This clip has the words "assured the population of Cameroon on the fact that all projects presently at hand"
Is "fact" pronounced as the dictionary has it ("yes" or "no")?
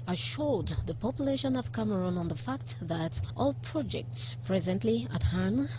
yes